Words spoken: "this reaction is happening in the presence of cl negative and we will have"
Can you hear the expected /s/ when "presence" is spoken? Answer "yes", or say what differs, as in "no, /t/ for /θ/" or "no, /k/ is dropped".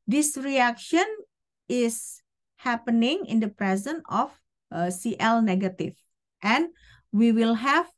no, /s/ is dropped